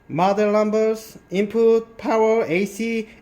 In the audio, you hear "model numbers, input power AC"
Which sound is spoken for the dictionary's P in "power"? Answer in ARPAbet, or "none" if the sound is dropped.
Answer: P